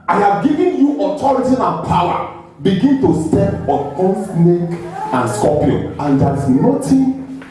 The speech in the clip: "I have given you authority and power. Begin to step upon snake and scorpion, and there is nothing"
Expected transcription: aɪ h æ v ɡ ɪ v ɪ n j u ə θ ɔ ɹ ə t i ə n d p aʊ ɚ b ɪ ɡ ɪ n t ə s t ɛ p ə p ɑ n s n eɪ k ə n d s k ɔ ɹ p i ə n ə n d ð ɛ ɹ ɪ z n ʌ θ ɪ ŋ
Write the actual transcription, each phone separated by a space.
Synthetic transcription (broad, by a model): aɪ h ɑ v ɡ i v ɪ n j u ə t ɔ ɹ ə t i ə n p aʊ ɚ b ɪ ɡ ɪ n t ə s t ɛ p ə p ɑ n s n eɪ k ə n s k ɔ p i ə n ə n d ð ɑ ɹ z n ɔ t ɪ